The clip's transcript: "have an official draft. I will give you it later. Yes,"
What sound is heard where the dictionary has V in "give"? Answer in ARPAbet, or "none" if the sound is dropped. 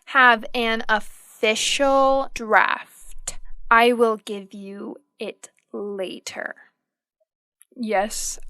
V